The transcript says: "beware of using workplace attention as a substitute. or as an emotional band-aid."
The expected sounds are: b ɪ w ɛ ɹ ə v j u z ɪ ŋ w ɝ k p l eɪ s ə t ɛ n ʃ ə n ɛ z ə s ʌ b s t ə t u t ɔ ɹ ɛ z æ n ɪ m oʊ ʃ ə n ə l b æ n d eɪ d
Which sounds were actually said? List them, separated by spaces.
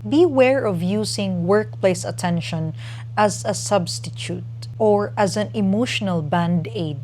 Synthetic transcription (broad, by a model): b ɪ w ɛ ɹ ə v j u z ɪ ŋ w ɝ k p l eɪ s ə t ɛ n ʃ ə n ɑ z ə s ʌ b s t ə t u t ɔ ɹ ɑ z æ n ɪ m oʊ ʃ ə n ə l b æ n d eɪ d